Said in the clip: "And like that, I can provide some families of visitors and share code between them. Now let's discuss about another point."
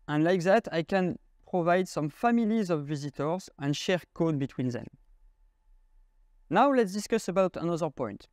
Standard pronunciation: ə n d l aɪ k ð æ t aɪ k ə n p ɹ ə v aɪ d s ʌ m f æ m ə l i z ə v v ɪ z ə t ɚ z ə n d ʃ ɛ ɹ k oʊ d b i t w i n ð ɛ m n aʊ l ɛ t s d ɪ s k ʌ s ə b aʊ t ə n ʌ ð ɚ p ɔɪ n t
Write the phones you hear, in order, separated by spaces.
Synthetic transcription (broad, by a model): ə n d l aɪ k ð æ t aɪ k ə n p ɹ ə v aɪ d s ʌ m f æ m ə l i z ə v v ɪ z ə t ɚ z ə n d ʃ ɛ ɹ k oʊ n b i t w i n ð ɛ m n aʊ l ɛ t s d ɪ s k ʌ s ə b aʊ t ə n ʌ ð ɚ p ɔɪ n t